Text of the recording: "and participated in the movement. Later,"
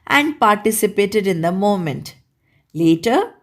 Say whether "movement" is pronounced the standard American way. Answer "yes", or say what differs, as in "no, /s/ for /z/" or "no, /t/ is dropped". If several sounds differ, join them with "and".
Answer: no, /v/ is dropped